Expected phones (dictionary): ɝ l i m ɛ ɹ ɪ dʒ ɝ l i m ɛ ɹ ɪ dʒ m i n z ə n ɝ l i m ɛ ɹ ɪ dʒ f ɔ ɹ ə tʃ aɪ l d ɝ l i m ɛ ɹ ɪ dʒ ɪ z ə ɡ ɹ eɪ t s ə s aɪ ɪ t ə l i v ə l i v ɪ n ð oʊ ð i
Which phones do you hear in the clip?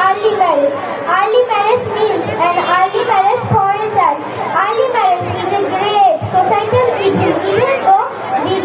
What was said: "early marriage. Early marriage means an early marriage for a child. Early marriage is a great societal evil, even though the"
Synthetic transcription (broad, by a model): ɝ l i m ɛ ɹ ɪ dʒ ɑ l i m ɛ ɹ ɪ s m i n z ə n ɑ l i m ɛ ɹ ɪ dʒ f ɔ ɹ ə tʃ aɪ n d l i m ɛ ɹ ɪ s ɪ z ə ɡ ɹ eɪ t s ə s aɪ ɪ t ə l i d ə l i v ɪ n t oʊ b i